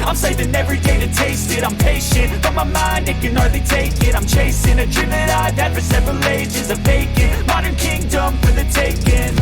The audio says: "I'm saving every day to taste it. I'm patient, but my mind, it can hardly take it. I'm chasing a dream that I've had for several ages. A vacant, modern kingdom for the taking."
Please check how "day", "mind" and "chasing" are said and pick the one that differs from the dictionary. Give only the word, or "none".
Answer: none